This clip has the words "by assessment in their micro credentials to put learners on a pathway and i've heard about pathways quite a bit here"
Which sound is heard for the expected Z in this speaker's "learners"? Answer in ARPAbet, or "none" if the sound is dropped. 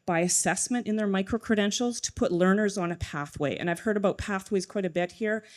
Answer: Z